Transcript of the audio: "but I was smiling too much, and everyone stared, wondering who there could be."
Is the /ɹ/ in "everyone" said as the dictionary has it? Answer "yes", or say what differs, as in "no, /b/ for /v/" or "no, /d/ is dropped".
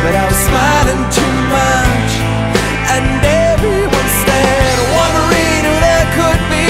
no, /ɹ/ is dropped